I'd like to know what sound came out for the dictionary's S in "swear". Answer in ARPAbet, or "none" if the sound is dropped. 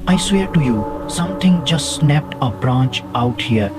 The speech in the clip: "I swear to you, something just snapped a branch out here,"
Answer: S